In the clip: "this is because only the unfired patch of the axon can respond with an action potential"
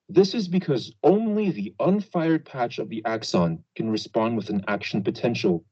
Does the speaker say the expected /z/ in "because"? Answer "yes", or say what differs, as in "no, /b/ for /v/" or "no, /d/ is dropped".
yes